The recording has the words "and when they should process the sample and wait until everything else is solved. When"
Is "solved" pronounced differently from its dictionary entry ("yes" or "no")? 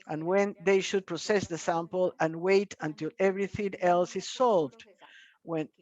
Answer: no